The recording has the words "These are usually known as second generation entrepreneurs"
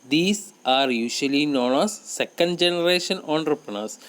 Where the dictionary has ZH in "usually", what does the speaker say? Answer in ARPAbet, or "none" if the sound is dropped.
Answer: SH